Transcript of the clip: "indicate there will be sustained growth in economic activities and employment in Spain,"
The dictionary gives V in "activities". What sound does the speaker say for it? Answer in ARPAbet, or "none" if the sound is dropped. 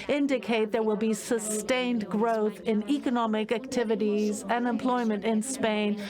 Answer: V